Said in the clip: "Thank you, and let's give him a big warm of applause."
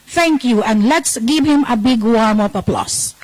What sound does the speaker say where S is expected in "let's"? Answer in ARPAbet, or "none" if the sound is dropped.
S